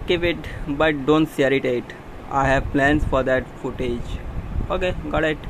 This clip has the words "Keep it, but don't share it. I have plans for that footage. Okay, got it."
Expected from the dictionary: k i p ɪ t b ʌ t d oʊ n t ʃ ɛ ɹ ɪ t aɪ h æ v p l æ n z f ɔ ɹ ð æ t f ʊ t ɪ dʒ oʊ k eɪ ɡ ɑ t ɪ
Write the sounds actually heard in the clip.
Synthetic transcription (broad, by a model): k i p ɪ t b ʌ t d oʊ n t s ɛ ɹ ɪ t aɪ h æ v p l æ n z f ɔ ɹ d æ t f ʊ t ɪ dʒ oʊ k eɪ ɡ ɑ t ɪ